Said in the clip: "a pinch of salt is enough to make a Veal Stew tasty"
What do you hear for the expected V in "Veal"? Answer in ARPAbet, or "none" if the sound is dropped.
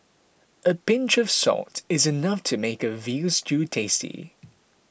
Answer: V